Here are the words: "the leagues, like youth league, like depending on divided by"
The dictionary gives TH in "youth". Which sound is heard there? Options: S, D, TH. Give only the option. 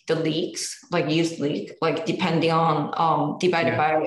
S